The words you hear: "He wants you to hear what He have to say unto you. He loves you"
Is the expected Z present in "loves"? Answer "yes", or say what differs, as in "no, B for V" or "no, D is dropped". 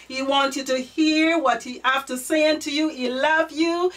no, Z is dropped